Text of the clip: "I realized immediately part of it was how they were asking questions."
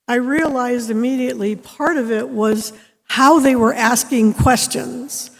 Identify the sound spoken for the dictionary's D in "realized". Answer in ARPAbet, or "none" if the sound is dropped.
D